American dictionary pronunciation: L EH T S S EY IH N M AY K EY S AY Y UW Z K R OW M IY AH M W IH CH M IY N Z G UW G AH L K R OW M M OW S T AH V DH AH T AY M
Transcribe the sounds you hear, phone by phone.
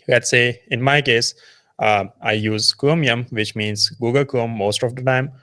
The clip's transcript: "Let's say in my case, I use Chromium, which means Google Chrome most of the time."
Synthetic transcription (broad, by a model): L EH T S S EY IH N M AY K EY S AY Y UW Z K OW M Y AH M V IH CH M IY N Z G UW G AH L K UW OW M M OW S T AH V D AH T AY M